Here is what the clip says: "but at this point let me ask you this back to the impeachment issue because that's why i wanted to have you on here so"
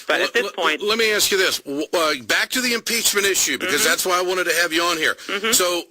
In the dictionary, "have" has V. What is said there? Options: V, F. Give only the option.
V